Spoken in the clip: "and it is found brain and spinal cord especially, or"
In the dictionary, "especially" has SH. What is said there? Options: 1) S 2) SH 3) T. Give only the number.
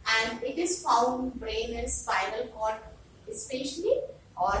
2